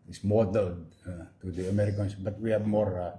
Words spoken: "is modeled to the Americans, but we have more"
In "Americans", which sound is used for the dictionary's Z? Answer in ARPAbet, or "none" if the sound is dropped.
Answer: S